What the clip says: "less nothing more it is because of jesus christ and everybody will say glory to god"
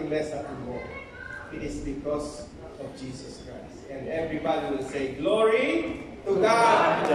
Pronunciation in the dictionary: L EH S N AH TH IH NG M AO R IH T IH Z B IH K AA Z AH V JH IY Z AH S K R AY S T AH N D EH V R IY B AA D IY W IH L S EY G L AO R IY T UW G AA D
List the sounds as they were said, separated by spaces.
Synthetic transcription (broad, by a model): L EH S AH T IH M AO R IH T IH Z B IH K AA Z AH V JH IY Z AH S K R AY S T AH N D EH V R IY B AA D IY W IH L S EY G L AO R IY T UW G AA